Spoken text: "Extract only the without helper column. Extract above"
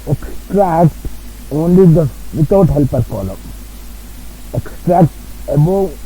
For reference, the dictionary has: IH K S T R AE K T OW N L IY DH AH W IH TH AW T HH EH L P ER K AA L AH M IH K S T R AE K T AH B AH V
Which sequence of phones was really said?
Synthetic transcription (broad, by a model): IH K S T R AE K T OW N L IY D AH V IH T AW T HH EH L P ER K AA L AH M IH K S T R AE K T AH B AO